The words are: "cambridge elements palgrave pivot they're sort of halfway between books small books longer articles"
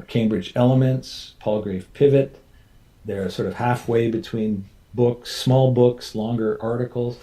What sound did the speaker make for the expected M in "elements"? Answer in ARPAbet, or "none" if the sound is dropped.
M